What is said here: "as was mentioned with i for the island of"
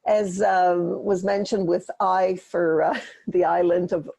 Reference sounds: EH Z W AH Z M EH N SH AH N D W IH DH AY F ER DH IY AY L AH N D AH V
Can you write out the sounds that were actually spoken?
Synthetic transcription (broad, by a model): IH Z W AH Z M EH N SH AH N D W IH DH AY F ER DH IY AY L AH N D AH V